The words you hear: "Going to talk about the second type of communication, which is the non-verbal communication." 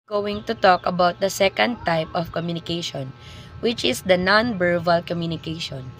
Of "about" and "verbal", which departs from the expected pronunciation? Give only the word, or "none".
verbal